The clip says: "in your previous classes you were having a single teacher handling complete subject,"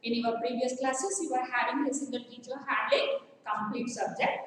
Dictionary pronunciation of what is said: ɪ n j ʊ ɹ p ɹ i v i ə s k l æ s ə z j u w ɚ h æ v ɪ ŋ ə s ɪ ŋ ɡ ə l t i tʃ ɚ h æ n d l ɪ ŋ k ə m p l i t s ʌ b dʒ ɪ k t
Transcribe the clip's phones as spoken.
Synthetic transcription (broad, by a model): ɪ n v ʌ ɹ p ɹ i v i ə s k l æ s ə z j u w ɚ h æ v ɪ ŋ ə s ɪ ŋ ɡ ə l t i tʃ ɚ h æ d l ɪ k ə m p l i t s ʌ b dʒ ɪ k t